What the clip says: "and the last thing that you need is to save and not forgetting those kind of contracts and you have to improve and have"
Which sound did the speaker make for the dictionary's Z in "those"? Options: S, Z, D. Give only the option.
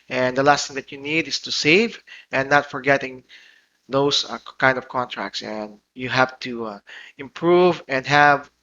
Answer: S